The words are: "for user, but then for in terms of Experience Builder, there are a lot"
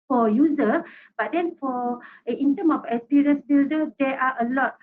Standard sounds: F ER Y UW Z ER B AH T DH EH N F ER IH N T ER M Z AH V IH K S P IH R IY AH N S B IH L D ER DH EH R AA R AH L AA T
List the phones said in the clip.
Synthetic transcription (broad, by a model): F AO Y UW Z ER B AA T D EH N F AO IH N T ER M AH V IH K S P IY R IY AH N S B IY L D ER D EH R AA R AH L AA T